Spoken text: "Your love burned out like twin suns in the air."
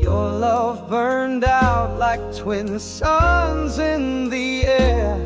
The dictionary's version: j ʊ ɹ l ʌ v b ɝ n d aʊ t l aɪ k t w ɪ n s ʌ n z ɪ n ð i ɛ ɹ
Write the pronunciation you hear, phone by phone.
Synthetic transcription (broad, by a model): j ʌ ɹ l ʌ v b ɝ n d aʊ t l aɪ k t w ɪ n s ʌ n z ɪ n ð i ɛ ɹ